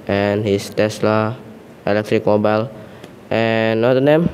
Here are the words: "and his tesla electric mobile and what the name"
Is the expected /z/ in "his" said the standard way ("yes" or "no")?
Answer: no